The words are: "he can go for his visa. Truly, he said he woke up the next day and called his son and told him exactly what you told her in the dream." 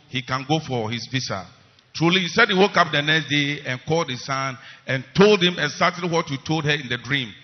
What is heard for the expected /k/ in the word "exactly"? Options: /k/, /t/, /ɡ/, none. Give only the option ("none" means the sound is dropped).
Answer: none